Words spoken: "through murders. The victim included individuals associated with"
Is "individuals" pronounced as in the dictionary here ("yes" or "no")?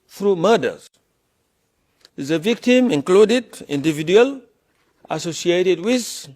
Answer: no